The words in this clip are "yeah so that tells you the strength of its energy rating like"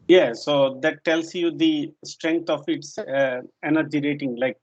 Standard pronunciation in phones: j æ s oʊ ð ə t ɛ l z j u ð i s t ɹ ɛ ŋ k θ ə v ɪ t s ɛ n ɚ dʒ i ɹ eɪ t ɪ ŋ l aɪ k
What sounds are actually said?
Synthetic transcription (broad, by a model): j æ s oʊ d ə t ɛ l s j u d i s t ɹ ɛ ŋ k t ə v ɪ t s ɛ n ɚ dʒ i ɹ eɪ t ɪ ŋ l aɪ k